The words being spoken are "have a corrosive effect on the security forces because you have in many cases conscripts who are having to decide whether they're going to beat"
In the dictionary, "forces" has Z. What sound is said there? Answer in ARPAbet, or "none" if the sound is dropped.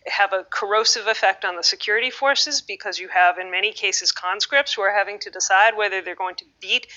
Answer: Z